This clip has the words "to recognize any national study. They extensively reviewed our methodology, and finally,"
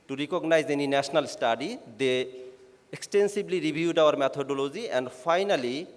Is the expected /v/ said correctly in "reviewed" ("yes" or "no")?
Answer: no